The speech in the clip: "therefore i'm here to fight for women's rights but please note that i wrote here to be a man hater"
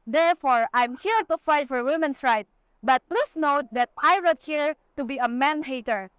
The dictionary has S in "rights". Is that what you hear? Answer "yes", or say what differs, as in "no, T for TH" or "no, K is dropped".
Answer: no, S is dropped